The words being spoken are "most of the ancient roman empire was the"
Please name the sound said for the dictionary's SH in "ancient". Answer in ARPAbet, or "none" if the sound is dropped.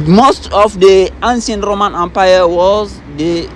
S